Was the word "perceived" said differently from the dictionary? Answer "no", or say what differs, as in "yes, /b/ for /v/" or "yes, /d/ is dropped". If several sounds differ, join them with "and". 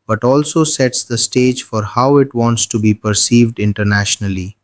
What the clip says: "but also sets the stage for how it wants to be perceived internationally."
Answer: no